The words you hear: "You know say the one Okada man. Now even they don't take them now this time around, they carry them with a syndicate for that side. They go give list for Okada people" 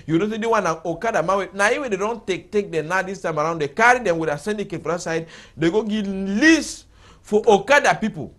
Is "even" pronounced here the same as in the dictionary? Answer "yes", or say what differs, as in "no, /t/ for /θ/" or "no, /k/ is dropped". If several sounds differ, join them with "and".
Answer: no, /w/ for /v/